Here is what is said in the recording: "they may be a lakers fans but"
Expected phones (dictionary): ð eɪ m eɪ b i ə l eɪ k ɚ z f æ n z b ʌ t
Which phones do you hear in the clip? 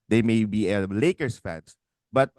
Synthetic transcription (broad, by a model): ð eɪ m eɪ b i ə l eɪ k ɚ s f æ n s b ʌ t